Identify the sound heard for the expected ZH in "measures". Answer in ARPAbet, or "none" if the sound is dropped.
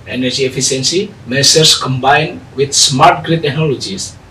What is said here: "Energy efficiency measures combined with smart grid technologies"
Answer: S